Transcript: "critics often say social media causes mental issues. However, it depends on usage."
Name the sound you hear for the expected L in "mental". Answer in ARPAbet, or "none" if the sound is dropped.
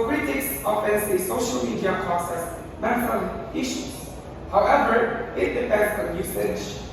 N